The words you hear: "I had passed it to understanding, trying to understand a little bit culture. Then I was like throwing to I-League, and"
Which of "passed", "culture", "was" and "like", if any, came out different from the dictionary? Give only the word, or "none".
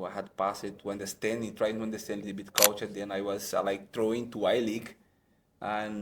passed